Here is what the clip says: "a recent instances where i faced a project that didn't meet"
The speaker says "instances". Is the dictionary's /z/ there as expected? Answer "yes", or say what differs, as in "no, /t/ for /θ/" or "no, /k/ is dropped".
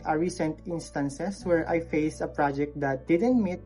no, /s/ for /z/